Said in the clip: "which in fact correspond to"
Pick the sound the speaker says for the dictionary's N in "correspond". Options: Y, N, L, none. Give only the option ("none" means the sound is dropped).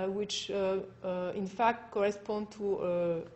N